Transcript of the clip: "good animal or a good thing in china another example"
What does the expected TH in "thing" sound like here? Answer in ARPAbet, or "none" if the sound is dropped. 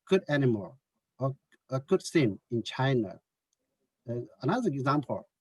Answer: S